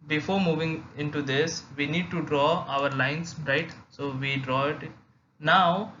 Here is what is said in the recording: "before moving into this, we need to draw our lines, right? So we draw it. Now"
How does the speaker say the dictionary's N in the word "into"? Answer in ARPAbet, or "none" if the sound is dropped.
N